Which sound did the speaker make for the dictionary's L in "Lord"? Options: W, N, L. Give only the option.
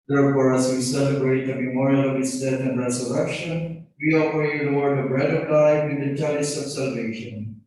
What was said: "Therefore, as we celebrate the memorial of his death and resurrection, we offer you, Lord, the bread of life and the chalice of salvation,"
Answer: W